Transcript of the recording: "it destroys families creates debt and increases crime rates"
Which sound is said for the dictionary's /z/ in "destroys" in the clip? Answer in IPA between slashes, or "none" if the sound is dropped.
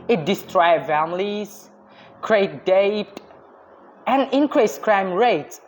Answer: none